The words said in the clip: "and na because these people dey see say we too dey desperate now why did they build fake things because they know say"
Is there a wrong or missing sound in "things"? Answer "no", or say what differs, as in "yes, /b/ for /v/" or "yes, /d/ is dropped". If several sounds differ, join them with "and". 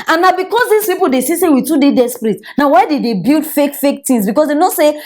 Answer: yes, /f/ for /θ/